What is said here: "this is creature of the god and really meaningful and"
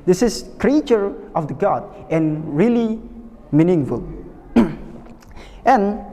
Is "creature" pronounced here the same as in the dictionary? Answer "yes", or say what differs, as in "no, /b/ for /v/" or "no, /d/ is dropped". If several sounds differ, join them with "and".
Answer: yes